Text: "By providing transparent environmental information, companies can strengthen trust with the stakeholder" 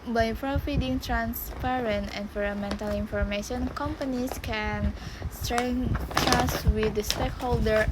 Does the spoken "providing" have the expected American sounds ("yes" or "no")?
no